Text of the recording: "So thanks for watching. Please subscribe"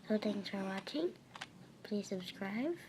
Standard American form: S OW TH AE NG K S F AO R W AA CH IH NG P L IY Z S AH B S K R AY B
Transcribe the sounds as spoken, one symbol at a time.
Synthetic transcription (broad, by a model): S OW T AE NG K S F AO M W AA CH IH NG P L IY Z S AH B S K R AY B